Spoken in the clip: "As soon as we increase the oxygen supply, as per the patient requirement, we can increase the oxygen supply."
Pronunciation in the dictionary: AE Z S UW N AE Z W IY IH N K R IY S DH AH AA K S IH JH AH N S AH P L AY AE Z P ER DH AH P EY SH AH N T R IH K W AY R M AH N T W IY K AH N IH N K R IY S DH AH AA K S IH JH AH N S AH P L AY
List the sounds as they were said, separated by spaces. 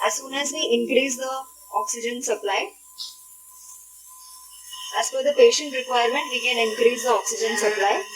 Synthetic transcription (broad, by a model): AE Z S UW N AE Z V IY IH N K R IY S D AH AA K S IH JH AH N S AH P L AY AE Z F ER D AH P EY SH AH N T R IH K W AY R M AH N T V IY K AH N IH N K R IY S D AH AA K S IH JH AH N S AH P L AY